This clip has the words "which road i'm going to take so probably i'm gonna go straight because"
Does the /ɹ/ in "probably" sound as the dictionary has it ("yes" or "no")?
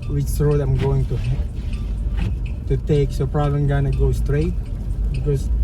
yes